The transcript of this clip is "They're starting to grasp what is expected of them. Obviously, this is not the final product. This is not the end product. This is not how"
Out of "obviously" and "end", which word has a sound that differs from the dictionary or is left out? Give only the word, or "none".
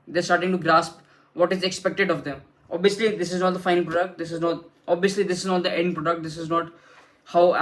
none